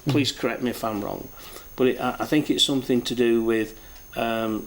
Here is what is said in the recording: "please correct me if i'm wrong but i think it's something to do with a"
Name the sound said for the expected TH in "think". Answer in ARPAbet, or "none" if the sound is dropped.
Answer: TH